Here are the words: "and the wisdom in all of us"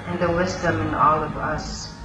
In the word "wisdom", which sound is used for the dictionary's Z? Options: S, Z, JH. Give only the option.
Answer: Z